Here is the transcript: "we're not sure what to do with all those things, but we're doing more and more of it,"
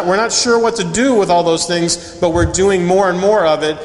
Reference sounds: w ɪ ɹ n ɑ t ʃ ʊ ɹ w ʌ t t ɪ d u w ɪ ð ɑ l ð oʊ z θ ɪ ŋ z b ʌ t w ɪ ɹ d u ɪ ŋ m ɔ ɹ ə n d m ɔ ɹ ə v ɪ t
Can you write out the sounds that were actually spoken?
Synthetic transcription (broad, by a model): w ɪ ɹ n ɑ t ʃ ʊ ɹ w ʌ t t ɪ d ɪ w ɪ ð ɑ l ð oʊ z θ ɪ ŋ z b ʌ t w ɪ ɹ d u ɪ ŋ m ɔ ɹ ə n m ɔ ɹ ə v ɪ t